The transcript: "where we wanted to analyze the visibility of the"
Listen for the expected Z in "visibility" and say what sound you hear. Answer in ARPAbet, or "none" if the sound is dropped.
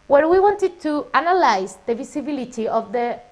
S